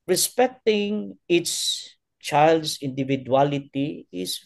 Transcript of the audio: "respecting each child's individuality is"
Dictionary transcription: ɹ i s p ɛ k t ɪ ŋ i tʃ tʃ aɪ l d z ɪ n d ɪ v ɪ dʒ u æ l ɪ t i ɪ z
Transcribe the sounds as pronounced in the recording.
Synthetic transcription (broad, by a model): ɹ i s p ɛ k t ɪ ŋ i s tʃ aɪ l d s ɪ n d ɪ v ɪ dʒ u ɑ l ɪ t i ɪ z